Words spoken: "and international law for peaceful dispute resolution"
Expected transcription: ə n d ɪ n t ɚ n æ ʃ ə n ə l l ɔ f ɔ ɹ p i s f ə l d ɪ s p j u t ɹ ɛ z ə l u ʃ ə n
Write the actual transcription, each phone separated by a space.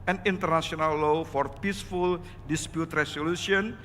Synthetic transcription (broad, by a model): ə n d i n t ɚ n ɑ s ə n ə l l ɔ f ɔ ɹ p i s f ə l d ɪ s p j u t ɹ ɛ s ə l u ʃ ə n